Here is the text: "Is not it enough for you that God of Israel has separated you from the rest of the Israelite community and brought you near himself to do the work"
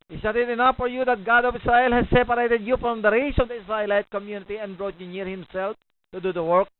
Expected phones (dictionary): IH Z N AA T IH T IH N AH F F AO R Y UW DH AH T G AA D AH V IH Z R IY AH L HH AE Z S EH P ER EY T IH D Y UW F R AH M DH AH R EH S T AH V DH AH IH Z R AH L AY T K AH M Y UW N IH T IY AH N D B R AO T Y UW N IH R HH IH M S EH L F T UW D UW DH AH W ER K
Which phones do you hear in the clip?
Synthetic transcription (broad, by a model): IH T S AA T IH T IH N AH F F AO R Y UW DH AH T G AA D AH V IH S R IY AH L HH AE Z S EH P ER EY T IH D Y UW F R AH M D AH R EH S AH V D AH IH S R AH L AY T K AH M Y UW N IH T IY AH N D B R AO T Y UW N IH R HH IH M S EH L F T UW D UW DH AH W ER K